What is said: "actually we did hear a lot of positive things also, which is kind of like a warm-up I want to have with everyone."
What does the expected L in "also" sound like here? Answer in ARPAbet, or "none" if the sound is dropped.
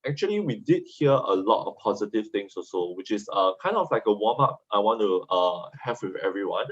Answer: none